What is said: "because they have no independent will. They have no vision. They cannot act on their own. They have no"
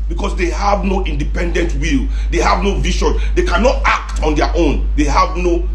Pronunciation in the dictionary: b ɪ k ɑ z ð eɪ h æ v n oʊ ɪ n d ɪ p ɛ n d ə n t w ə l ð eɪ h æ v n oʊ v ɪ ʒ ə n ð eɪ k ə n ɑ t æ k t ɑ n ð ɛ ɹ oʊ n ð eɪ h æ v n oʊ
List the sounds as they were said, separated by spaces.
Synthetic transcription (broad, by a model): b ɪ k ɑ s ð eɪ h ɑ v n oʊ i n d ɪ p ɛ n d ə n t w ə l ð eɪ h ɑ v n oʊ v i ʃ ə n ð eɪ k ə n ɑ t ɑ k t ɑ n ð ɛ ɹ oʊ n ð eɪ h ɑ v n oʊ